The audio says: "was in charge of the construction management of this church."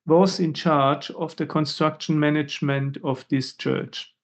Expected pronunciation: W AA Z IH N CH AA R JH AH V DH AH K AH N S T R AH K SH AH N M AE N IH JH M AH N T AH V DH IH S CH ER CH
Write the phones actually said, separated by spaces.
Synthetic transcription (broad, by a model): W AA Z IH N CH AA R JH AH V DH AH K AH N S T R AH K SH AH N M AE N IH JH M AH N T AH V DH IH S CH ER CH